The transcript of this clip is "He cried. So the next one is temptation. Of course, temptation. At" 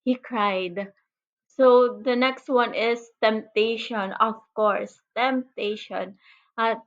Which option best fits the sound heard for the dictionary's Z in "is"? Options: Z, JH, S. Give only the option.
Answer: S